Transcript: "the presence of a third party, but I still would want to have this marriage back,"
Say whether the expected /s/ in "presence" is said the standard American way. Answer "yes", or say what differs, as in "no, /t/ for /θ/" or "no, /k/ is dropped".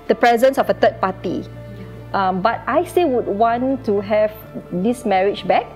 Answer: yes